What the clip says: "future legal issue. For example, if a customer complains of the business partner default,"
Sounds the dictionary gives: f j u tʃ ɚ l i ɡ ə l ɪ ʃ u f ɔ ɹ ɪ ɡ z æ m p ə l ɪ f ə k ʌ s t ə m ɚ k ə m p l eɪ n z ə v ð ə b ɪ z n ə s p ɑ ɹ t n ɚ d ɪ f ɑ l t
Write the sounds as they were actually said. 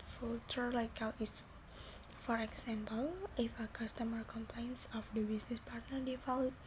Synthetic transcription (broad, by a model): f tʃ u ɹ l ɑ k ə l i s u f ɔ ɹ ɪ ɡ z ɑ m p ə l ɪ f ə k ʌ s t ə m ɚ k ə m p l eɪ n s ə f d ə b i s n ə s p ɑ ɹ t n ɚ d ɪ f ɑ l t